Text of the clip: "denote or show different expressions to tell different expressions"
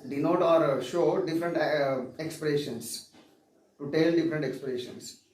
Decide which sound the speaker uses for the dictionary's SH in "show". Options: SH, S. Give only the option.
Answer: SH